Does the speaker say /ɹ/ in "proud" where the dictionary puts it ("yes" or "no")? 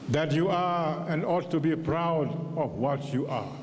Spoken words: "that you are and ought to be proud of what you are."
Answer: yes